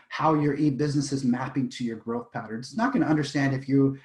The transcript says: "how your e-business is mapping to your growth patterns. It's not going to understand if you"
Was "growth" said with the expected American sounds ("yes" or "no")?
yes